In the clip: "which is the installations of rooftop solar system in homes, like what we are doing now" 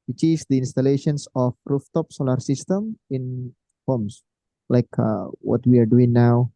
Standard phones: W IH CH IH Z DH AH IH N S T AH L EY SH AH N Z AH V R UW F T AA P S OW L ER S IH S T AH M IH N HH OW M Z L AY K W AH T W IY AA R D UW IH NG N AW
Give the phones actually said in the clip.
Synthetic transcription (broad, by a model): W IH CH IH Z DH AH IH N S T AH L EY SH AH N S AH F R UW F T AA P S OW L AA S IH S T AH M IH N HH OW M S L AY K W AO T W IY AA R D UW IH NG N AW